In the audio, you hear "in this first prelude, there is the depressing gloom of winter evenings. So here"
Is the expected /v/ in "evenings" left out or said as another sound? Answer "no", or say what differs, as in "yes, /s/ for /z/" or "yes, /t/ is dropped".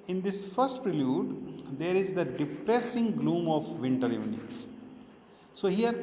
yes, /v/ is dropped